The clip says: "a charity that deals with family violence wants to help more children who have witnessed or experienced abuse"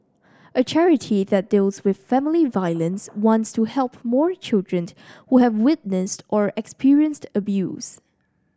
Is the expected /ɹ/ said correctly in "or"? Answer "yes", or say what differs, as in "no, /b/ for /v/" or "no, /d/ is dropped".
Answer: yes